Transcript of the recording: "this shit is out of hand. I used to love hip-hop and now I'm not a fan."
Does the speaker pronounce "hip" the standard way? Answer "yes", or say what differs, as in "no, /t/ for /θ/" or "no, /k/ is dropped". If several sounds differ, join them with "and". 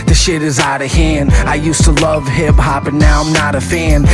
no, /b/ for /p/